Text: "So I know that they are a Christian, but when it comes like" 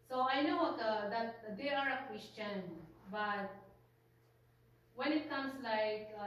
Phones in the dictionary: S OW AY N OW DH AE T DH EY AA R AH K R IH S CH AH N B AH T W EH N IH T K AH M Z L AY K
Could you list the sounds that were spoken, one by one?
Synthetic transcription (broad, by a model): S OW AY N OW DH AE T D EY AA R AH K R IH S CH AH N B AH T W EH N IH T K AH M S L AY K